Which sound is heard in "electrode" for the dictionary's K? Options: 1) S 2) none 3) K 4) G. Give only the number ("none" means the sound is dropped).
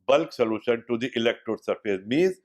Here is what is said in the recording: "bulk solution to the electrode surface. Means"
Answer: 3